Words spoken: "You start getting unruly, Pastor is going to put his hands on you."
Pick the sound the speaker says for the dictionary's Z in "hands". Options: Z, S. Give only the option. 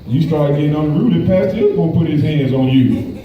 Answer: Z